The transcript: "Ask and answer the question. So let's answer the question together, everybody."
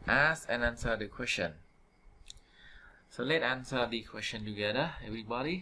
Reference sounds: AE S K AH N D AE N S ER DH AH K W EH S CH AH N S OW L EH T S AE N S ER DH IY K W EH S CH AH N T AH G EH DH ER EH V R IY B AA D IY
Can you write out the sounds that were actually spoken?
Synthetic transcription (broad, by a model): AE S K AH N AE N S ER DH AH K W EH S CH AH N S OW L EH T AE N S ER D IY K W EH S CH AH N T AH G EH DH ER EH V R IY B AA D IY